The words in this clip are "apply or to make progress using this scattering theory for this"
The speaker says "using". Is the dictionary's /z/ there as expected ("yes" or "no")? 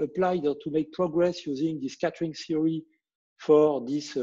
yes